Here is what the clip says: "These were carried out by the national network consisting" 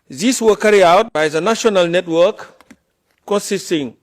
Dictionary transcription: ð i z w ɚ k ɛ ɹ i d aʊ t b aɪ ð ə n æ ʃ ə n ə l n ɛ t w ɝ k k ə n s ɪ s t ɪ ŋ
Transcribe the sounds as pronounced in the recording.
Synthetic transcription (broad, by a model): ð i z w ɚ k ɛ ɹ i aʊ t b aɪ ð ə n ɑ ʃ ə n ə l n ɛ t w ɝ k k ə n s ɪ s t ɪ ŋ